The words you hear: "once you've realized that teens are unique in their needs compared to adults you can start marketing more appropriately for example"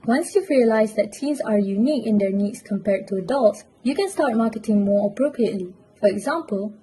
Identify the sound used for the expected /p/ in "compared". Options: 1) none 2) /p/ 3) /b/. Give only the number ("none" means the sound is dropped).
2